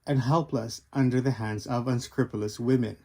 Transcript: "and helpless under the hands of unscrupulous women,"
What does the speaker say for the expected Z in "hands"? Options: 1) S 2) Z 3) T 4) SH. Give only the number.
2